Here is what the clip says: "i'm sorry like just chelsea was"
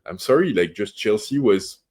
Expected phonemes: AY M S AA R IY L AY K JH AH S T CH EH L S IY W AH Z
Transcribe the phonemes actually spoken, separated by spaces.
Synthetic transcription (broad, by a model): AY M S AA R IY L AY K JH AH S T CH EH L S IY W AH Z